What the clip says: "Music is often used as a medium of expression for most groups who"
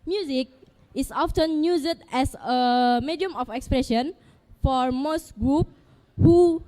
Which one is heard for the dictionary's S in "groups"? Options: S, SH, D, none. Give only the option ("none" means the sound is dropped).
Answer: none